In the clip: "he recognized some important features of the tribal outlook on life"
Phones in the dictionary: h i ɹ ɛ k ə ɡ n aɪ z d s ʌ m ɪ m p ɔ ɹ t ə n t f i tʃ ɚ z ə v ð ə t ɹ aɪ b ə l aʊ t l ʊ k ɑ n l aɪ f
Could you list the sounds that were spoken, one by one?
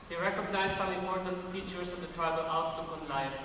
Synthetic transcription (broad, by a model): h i ɹ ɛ k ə ɡ n aɪ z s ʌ ɪ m ɔ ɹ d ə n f i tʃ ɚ s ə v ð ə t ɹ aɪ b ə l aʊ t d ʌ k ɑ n l aɪ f